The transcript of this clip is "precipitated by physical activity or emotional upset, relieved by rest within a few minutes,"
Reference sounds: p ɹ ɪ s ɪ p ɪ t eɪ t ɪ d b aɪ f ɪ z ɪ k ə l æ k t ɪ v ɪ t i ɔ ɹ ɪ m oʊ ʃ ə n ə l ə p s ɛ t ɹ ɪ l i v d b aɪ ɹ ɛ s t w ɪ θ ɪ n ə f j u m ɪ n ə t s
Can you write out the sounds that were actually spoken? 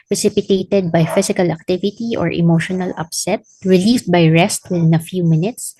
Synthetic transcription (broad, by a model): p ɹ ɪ s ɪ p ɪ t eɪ t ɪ d b aɪ f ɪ s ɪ k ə l æ k t ɪ v ɪ t i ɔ ɹ ɪ m oʊ ʃ ə n ə l ə p s ɛ t ɹ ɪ l i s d b aɪ ɹ ɛ s t w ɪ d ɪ n ə f j u m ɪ n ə t s